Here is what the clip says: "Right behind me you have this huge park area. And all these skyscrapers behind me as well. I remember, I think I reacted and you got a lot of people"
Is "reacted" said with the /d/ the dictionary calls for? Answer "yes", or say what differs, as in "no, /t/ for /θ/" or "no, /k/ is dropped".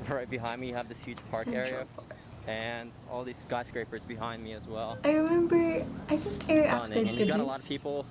no, /d/ is dropped